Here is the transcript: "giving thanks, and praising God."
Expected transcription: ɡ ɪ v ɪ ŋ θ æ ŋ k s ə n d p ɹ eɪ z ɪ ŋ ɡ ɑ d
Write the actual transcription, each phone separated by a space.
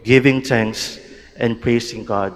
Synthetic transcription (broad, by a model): ɡ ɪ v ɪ ŋ t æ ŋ k s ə n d p ɹ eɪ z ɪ ŋ ɡ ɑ d